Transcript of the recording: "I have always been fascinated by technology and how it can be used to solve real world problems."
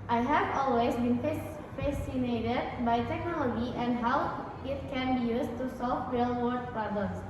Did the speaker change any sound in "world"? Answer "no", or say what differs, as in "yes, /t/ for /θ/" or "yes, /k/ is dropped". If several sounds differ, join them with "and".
yes, /l/ is dropped